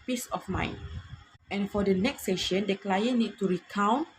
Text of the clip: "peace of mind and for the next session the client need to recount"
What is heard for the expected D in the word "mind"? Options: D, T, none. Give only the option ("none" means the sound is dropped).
none